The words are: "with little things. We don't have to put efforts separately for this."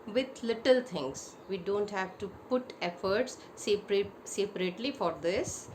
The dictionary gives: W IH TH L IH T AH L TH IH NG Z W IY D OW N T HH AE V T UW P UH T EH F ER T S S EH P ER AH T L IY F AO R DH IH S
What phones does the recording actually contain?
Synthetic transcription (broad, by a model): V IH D L IH T AH L T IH NG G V IY D OW N T HH AE V T UW P UH T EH F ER T S S EH P ER AH T L IY F AO R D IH S